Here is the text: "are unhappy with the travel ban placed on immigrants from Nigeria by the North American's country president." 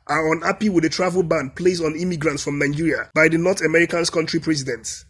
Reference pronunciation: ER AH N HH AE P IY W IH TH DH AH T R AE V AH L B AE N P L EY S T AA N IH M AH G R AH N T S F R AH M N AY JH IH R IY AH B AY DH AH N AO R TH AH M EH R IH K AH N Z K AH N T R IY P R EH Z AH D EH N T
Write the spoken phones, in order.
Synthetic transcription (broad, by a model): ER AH N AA P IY W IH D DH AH T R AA V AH L B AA N P L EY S AA N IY M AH G R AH N T S F R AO M N AY JH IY R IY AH B AY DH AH N AO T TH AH M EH R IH K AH N S K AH N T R IY P R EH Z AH D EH N T